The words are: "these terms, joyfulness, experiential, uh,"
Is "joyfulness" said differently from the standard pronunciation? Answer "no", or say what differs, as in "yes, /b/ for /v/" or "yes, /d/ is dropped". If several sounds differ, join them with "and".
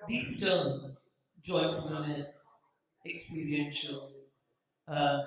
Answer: yes, /l/ is dropped